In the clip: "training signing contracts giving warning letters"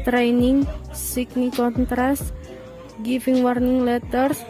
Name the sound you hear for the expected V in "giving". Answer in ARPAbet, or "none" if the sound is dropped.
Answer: F